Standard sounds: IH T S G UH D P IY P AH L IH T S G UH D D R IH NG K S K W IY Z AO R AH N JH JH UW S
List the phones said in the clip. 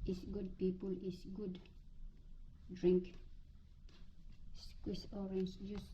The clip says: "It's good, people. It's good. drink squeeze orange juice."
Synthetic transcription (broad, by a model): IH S G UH D P IY P AH L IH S G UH D D R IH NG K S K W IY S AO R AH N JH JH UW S